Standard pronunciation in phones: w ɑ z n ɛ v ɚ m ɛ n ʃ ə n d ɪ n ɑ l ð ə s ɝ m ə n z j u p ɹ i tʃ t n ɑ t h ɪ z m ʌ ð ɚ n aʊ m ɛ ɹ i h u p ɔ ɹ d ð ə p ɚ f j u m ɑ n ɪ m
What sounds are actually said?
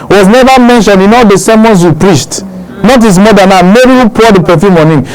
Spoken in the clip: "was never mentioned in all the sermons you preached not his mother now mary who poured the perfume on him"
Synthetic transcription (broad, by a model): w ɑ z n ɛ v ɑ m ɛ n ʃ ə n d ɪ n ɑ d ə s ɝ m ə n s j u p ɹ i s t n ɑ t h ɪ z m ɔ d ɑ n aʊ m ɛ ɹ i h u p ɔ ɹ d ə p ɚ f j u m ɑ n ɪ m